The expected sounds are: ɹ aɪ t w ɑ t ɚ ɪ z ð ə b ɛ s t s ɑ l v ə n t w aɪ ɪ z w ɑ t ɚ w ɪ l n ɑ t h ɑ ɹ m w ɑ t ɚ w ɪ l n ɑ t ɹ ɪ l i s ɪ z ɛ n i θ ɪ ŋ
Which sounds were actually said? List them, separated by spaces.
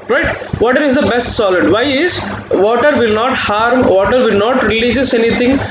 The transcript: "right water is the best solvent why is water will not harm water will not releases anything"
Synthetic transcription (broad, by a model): ɹ aɪ t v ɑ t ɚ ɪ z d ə b ɛ s t s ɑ l ə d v aɪ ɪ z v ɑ t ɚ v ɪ l n ɑ t h ɑ ɹ m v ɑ t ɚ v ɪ l n ɑ t ɹ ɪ l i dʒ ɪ s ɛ n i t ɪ ŋ